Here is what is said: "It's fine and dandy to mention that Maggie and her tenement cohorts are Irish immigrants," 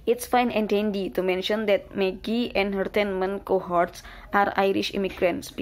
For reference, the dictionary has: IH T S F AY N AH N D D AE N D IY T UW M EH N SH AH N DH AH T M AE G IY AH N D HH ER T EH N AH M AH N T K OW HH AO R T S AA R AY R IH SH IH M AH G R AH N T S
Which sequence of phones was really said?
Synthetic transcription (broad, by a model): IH T S F AY N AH N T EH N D IY T UW M EH N SH AH N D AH T M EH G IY AH N D HH ER T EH N M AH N K OW HH AO R T S AA R AY R IH SH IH M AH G R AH N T S